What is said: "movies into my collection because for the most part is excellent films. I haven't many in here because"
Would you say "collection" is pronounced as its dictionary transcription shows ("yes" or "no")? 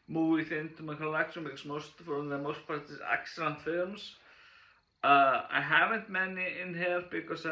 no